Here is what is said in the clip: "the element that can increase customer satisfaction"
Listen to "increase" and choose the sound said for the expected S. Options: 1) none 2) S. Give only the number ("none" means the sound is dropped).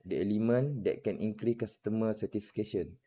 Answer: 1